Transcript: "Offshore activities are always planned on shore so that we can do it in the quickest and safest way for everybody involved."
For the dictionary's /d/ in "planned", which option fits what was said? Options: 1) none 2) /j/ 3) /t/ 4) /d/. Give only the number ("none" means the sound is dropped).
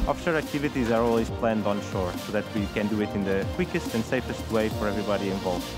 4